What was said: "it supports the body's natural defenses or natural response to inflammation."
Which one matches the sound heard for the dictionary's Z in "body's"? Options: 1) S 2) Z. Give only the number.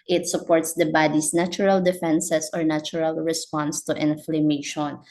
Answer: 1